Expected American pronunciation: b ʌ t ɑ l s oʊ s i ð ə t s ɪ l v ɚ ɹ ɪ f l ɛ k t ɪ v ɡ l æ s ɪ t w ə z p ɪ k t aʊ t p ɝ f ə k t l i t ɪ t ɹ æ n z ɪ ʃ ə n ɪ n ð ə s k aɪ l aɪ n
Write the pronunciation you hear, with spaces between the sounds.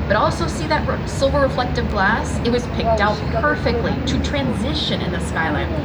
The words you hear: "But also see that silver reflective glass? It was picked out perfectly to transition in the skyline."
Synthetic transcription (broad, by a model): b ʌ t ɑ l s oʊ s i ð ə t s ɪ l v ɚ ɹ ɪ f l ɛ k t ɪ v ɡ l æ s ɪ t w ə z p ɪ k t aʊ t p ɝ f ə k t l i t ɪ t ɹ æ n z ɪ ʃ ə n ɪ n ð ə s k aɪ l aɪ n